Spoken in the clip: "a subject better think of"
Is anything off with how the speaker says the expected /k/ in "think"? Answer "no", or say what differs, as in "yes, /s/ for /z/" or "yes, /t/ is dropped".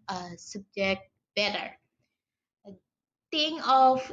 yes, /k/ is dropped